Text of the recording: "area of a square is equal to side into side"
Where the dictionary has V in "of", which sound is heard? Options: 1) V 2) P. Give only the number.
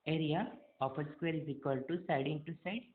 2